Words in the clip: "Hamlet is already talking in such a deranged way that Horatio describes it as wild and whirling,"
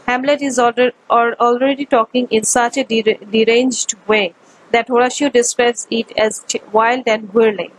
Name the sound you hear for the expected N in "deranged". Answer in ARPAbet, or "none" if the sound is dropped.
N